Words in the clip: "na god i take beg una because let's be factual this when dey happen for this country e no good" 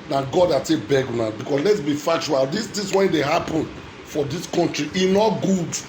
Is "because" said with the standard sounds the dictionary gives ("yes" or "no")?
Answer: no